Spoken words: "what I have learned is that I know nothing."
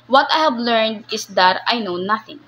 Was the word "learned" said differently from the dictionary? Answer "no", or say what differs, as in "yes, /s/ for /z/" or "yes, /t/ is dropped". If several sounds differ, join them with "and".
no